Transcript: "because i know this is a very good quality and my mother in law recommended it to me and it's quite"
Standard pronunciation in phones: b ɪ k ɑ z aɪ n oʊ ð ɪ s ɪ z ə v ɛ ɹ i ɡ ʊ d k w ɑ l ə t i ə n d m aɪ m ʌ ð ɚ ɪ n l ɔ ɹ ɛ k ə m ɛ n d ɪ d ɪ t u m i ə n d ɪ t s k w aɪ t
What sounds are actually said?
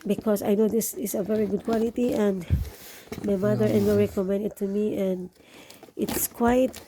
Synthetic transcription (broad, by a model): b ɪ k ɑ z aɪ n oʊ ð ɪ s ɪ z ə v ɛ ɹ i ɡ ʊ d k w ɑ l ə t i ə n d m aɪ m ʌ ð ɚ ɪ n w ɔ ɹ ɛ k ə m ɛ n d ɪ d t u m i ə n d ɪ t s k w aɪ t